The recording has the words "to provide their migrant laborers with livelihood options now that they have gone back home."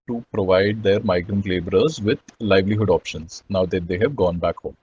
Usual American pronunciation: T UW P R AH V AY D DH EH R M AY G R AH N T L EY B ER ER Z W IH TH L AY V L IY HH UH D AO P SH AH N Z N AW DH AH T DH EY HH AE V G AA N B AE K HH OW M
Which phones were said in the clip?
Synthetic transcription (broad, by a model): T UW P R AH V AY D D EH R M AY G R AH N T L EY B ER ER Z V IH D L AY V L IY HH UH D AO P SH AH N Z N AW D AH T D EY HH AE V G AA N B AE K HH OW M